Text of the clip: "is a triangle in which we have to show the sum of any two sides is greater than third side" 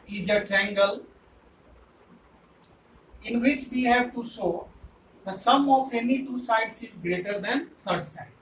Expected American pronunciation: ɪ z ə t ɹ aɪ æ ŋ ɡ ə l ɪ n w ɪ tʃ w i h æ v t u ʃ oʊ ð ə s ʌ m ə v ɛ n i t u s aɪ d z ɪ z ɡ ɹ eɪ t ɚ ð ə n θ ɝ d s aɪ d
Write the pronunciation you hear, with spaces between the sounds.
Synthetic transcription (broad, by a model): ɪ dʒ ə t ɛ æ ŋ ɡ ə l ɪ n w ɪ tʃ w i h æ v t u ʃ oʊ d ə s ʌ m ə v ɛ n i t u s aɪ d s ɪ z ɡ ɹ eɪ t ɚ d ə n t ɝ d s aɪ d